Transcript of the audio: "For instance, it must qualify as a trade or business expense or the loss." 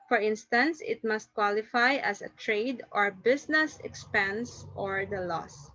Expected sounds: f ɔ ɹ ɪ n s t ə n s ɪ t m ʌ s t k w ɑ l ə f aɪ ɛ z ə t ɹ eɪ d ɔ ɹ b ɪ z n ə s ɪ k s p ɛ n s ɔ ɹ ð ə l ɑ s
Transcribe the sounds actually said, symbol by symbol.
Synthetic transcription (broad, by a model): f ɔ ɹ ɪ n s t ə n s ɪ t m ʌ s t k w ɑ l ə f aɪ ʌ s ə t ɹ eɪ d ɔ ɹ b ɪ s n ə s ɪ k s p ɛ n s ɔ ɹ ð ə l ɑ s